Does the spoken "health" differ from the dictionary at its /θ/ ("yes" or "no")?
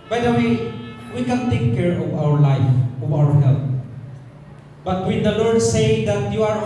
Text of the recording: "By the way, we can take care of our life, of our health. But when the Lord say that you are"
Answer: yes